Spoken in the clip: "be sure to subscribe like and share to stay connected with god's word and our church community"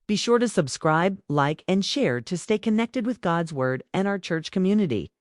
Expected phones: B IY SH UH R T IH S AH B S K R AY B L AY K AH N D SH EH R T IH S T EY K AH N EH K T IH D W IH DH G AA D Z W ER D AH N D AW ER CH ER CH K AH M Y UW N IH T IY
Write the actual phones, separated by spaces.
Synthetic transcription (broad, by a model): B IY SH UH R T IH S AH B S K R AY B L AY K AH N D SH EH R T IH S T EY K AH N EH K T IH D W IH DH G AA D Z W ER D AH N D AW ER CH ER CH K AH M Y UW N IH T IY